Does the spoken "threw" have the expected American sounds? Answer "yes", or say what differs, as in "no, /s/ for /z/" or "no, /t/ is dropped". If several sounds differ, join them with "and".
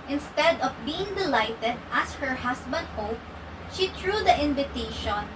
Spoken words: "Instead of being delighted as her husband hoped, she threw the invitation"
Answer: no, /t/ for /θ/